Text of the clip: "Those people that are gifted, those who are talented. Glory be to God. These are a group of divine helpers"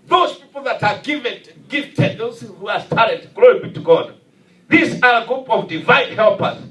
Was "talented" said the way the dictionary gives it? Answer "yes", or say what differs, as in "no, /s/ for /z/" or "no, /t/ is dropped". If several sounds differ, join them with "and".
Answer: no, /n/ is dropped